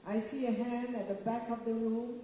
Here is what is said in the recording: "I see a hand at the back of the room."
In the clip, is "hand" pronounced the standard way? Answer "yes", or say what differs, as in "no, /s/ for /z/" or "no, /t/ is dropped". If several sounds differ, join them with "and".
yes